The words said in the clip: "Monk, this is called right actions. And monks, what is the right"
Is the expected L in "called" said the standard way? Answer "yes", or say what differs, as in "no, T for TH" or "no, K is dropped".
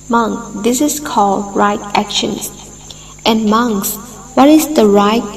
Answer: yes